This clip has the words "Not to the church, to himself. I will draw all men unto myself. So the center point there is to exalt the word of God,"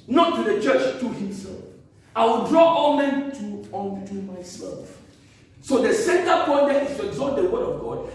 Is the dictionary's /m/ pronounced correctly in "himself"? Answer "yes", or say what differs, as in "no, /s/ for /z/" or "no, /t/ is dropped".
yes